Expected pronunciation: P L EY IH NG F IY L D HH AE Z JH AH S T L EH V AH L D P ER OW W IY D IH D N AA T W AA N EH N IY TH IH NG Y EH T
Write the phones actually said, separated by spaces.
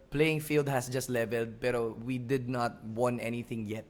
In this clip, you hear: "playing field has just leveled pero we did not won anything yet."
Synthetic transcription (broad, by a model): P L EY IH NG F IY L D HH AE S JH AH S T L EH V AH L D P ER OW W IY D IH D N AA T W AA N EH N IY TH IH NG Y EH T